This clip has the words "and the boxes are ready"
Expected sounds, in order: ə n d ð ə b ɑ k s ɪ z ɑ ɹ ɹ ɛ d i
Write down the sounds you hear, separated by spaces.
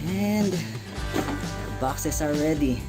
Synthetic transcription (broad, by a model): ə n d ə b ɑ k s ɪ s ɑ l ɹ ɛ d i